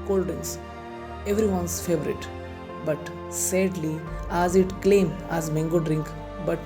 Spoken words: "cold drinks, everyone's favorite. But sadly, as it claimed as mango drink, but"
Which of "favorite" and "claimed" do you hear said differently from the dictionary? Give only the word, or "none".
claimed